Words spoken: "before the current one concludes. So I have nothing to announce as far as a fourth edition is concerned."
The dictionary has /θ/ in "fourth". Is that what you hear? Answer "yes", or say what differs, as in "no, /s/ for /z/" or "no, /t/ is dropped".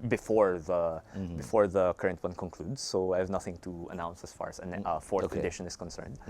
no, /t/ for /θ/